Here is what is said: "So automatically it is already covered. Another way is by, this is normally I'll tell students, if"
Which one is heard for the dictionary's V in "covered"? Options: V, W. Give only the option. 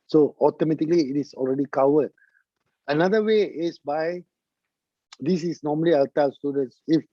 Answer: W